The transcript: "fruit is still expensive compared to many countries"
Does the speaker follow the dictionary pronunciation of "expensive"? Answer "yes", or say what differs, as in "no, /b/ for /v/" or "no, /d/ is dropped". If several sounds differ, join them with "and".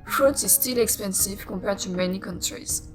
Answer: yes